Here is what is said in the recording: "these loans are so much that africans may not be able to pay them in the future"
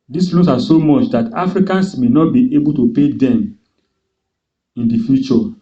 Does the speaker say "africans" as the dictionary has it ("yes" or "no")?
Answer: no